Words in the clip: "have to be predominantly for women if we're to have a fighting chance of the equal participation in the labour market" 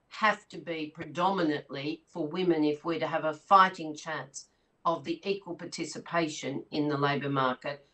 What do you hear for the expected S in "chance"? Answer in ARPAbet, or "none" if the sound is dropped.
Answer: S